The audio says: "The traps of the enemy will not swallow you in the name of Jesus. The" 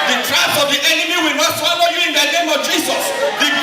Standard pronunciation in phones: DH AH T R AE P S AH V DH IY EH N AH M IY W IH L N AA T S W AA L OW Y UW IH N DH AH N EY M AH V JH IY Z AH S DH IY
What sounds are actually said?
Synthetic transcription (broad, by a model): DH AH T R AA S AH V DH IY EH N AH M IY W IH L N AA T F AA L OW Y UW IH N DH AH N EY M AH V JH IY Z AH S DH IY